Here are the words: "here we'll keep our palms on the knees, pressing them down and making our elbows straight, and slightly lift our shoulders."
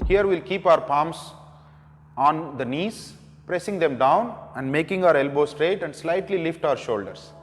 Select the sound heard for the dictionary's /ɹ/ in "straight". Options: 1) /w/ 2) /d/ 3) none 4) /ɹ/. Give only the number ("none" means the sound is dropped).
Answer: 4